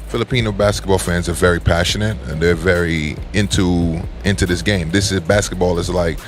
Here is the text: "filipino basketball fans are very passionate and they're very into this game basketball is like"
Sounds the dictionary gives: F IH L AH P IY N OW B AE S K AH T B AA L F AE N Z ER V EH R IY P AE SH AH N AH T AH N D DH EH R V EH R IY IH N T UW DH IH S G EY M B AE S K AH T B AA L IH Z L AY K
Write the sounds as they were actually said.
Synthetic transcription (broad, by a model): F IH L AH P IY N OW B AE S K AH T B AA L F AE N Z ER V EH R IY P AE SH AH N AH T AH N DH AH R V EH R IY IH N T UW DH IH S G EY M B AE S K AH T B AA L IH Z L AY K